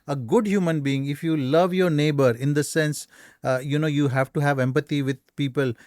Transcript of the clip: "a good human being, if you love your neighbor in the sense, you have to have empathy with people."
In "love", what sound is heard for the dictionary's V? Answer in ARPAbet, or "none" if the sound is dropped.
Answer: V